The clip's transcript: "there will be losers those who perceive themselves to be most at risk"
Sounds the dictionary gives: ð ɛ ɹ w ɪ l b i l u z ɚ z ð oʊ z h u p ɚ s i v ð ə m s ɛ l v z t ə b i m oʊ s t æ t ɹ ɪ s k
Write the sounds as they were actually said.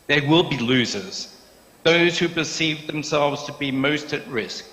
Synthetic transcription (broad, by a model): ð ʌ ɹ w ɪ l b i l u z ɚ z ð oʊ z h u p ɚ s i v ð ə m s ɛ l v z t ə b i m oʊ s t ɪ t ɹ ɪ s k